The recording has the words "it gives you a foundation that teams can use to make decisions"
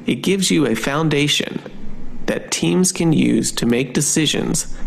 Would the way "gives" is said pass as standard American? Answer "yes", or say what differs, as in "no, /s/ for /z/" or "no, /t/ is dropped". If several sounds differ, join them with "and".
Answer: yes